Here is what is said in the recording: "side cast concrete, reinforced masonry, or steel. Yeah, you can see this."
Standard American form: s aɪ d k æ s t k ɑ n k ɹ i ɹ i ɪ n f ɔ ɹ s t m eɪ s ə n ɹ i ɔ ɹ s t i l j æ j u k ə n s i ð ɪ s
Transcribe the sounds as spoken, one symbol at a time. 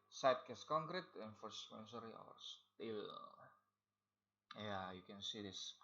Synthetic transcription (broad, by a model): s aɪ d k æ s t k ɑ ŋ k ɹ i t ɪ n f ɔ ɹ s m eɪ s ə ɹ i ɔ w s t i l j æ j u k ə n s i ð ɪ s